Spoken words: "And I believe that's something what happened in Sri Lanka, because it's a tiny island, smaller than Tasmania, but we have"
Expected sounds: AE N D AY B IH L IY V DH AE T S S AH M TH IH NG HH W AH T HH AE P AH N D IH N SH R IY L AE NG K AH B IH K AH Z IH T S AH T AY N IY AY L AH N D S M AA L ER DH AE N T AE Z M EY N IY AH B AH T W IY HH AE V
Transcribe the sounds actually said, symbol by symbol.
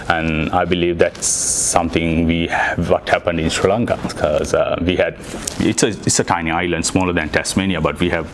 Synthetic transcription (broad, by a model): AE N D AY B IH L IY V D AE T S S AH M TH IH NG HH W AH T HH AE P AH N D IH N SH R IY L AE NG K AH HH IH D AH S IH T S AH T AY N IY AY L AH N D S M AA L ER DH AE N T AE S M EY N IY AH B AH T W IY HH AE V